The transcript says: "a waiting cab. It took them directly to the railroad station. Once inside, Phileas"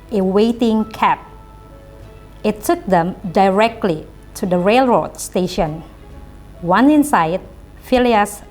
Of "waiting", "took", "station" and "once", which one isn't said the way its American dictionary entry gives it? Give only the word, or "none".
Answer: once